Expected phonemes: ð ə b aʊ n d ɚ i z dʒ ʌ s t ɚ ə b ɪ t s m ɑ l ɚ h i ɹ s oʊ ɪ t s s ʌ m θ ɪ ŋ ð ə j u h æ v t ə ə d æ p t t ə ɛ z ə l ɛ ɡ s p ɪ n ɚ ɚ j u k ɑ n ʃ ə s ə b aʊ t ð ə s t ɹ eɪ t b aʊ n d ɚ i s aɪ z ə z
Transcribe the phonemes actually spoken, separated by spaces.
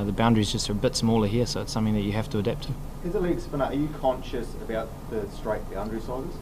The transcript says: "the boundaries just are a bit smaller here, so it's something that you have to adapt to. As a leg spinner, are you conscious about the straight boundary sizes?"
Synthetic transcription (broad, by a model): ð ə b aʊ n d ɚ i z dʒ ʌ s t ɚ ə b ɪ t s m ɑ l ɚ h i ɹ s oʊ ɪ t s s ʌ m θ ɪ ŋ ð ə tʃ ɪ h æ f t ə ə d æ p t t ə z ə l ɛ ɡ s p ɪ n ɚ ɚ j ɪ k ɑ n ʃ ə s ə b aʊ t ð ə s t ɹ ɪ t b aʊ n d ɚ i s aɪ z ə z